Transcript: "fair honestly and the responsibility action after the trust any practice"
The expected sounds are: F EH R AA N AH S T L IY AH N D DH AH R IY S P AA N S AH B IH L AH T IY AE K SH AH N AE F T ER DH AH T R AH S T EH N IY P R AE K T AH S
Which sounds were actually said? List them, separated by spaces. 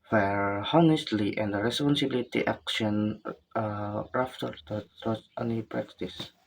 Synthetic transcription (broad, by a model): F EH R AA N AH S T L IY AH N D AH R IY S P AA N S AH B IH L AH T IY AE K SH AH N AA F T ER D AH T AO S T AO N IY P R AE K T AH S